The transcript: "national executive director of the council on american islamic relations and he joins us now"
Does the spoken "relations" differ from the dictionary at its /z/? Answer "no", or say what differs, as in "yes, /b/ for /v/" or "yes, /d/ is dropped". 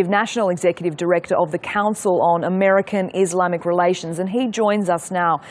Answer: no